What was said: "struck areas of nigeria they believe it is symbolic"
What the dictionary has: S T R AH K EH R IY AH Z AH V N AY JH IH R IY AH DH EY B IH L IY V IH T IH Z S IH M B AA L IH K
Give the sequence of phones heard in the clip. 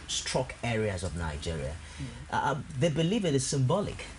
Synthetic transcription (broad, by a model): S T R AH K EH R IY AH Z AH V N AY JH IH R IY AH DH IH B IH L IY V IH T IH Z S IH M B AA L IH K